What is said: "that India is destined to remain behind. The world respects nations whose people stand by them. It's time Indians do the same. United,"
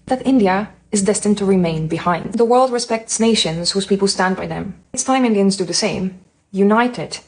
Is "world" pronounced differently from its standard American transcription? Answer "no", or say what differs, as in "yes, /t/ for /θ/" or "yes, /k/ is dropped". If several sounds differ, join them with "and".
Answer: no